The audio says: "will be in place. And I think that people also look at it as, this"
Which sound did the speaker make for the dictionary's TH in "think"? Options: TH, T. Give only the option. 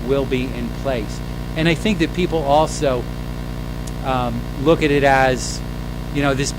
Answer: TH